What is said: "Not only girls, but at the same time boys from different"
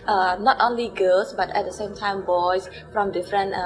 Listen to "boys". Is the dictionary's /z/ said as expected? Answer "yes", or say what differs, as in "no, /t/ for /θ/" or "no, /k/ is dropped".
no, /s/ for /z/